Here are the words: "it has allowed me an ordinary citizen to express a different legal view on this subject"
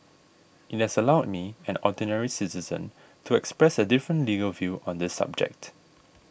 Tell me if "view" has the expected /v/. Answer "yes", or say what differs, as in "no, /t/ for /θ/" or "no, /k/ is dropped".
yes